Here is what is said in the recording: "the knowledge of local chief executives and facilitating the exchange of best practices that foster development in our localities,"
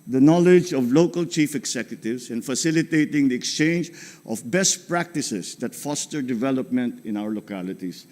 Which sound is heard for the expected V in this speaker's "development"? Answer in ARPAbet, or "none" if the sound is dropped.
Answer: V